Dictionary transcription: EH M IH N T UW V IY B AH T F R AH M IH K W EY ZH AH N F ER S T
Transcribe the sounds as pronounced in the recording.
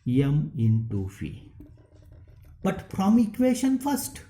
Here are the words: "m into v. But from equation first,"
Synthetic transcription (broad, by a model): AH M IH N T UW F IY B AH T P R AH M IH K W EY SH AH N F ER S T